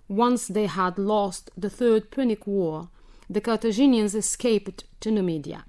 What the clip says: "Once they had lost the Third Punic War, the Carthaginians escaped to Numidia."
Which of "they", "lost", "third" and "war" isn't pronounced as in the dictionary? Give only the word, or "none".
none